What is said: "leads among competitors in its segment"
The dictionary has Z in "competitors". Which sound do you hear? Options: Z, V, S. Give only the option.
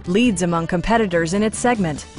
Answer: Z